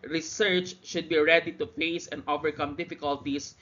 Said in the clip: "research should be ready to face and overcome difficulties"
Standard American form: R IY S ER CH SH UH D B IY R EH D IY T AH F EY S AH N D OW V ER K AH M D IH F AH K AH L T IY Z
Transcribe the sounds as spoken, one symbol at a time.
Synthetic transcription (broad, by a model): R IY S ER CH SH UH D B IY R EH D IY T AH F EY S AH N D OW V ER K AH M D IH F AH K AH L T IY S